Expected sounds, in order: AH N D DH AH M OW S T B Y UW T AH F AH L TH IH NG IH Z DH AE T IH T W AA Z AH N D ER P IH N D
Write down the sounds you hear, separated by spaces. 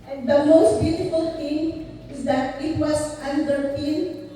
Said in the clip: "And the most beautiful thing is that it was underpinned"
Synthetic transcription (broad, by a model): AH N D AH M OW S T B Y UW T AH F AH L T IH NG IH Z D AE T IH T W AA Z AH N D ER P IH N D